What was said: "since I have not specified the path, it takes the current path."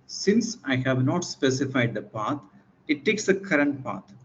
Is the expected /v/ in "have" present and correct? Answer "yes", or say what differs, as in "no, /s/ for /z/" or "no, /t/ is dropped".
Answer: yes